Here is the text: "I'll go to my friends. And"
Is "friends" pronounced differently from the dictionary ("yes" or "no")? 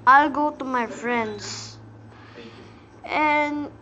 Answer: yes